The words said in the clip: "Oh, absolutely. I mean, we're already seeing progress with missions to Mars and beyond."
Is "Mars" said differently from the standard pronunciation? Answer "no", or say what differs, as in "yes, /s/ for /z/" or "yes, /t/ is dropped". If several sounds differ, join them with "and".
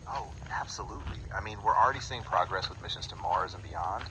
no